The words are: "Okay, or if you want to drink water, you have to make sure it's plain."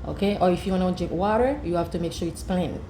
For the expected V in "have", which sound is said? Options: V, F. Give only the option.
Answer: F